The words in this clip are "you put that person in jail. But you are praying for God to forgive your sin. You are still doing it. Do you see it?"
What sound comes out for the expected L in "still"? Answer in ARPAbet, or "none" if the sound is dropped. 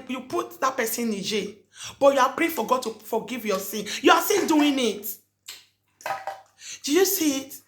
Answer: N